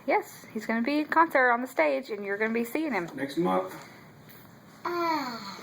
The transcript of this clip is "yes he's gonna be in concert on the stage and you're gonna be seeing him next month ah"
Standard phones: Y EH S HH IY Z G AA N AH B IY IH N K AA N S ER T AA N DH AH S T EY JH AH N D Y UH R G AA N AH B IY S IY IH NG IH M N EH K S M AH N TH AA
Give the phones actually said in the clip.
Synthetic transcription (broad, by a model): Y EH S HH IY Z G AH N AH B IY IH K AA N S ER T N DH AH S T EY JH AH N Y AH R G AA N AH B IY S IY IH NG IH M N EH K S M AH TH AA